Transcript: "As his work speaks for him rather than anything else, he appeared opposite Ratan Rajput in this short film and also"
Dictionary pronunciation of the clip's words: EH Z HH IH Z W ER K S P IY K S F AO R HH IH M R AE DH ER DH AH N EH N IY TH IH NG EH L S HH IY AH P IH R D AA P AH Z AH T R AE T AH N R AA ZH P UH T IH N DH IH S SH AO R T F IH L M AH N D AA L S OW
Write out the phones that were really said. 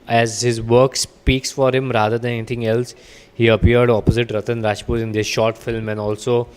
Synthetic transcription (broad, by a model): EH Z HH IH Z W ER K S P IY K S F AO R HH IH M R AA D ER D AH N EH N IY T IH NG EH L S HH IY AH P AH R D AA P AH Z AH T R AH T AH N R AA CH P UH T IH N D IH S SH AO R T F IH L M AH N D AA L S OW